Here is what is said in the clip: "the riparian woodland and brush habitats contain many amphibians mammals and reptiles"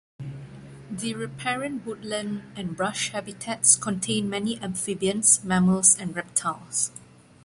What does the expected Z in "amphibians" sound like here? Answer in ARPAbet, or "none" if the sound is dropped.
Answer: S